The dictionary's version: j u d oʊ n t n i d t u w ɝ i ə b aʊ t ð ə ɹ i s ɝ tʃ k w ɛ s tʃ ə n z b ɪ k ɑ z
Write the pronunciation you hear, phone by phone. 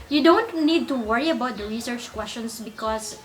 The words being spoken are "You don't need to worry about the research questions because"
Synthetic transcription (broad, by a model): j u d oʊ n t n i d t u w ɝ i ə b aʊ t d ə ɹ i s ɝ tʃ k w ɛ s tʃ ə n s b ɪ k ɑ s